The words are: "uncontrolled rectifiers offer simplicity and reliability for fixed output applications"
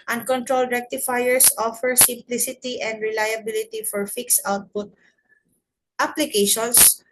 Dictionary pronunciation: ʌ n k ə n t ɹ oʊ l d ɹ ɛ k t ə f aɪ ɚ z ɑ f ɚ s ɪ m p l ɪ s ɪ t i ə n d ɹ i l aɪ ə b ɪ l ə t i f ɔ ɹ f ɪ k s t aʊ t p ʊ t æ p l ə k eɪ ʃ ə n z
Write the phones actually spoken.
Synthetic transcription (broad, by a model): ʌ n k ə n t ɹ oʊ l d ɹ ɛ k t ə f aɪ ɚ s ɑ f ɚ s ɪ m p l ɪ s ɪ t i ə n d ɹ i l aɪ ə b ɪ l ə t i f ɔ ɹ f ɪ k s aʊ t p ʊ t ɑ p l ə k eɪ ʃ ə n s